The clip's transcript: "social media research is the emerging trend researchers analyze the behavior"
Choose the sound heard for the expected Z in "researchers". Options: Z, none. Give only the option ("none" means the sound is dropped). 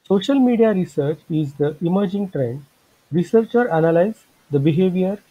none